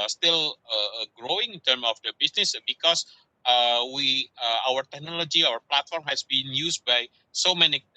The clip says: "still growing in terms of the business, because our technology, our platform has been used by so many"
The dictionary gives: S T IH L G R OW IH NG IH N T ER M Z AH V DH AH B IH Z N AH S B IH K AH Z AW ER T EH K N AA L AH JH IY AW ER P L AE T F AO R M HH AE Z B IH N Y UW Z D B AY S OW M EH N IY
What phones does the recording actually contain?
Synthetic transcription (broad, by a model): S T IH L G R OW IH NG IH N T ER M AH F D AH B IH S N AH S B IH K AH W AW ER T EH K N AA L AH JH IY AW ER P L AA T F AO R M HH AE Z B IH N Y UW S B AY S OW M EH N IY